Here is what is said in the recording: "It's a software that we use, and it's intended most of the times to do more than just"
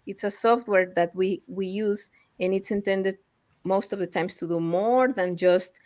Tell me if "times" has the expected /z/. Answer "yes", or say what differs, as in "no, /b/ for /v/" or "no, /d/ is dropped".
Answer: no, /s/ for /z/